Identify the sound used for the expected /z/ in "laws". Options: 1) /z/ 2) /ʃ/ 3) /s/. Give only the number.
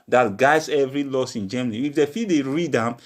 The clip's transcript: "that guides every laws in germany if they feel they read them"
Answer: 3